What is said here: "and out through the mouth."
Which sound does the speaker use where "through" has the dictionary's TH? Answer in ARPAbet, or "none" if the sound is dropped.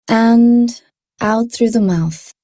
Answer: TH